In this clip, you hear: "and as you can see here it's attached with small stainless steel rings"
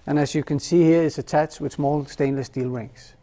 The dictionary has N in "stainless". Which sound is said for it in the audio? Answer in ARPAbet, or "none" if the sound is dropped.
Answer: N